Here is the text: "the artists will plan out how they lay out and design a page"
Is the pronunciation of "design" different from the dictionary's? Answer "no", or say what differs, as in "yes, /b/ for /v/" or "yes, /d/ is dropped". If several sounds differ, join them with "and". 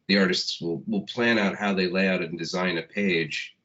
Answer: no